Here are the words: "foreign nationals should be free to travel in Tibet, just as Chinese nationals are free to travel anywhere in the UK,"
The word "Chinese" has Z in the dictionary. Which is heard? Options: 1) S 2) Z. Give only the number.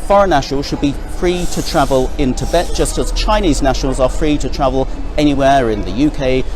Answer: 2